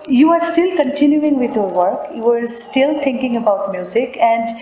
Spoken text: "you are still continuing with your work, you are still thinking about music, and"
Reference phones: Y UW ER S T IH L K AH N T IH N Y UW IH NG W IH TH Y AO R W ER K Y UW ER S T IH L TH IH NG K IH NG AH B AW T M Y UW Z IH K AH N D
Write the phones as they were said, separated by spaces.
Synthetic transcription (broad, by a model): Y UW ER S T IH L K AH N T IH N Y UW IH NG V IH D Y AO R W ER K Y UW ER S T IH L T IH NG K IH NG AH B AW T M Y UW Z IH K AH N D